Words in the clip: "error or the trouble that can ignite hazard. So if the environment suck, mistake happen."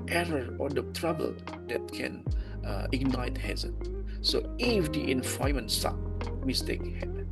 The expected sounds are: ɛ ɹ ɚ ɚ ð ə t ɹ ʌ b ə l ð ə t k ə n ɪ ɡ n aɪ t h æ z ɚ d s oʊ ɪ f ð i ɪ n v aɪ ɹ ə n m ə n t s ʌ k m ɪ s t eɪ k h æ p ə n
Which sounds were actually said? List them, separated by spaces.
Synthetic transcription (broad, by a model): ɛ ɹ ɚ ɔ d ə t ɹ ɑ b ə l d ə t k ə n ɪ ɡ n aɪ t h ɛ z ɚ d s oʊ ɪ f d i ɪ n f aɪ ə m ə n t s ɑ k m ɪ s t eɪ k h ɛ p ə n